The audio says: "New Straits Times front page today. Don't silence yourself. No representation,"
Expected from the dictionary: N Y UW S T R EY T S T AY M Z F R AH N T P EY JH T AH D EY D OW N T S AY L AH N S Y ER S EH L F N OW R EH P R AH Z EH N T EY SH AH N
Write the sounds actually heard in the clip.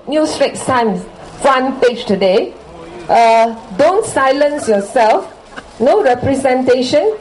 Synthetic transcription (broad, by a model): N Y UW S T R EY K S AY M F R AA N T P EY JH T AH D EY D OW N T S AY L AH N S Y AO S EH L F N OW R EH P R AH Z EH N T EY SH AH N